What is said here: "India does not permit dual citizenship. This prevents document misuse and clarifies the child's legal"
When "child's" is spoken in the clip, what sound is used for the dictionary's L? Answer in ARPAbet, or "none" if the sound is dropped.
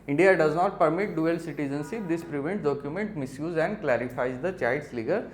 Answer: none